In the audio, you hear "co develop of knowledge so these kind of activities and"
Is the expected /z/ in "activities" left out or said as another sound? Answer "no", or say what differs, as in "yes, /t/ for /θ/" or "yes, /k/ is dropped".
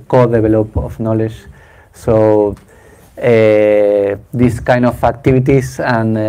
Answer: yes, /s/ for /z/